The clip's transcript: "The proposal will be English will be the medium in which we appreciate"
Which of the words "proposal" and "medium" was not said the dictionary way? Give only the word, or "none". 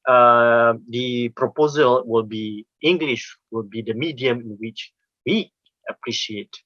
none